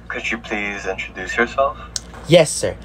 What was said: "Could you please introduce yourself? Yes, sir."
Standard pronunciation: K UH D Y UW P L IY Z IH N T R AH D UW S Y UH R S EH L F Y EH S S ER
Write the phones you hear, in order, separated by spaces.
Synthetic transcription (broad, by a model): K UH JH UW P L IY Z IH N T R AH D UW S Y UH R S EH L F Y EH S S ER